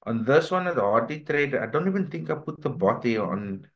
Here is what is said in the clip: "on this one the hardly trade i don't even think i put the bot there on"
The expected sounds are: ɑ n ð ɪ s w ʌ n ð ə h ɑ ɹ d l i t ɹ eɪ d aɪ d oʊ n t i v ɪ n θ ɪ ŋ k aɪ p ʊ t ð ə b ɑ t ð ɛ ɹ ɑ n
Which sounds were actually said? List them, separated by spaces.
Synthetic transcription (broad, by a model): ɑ n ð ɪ s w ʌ n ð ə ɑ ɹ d i t ɹ eɪ d aɪ d oʊ n t i v ɪ n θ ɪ ŋ k aɪ p ʊ t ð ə b ɑ t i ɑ n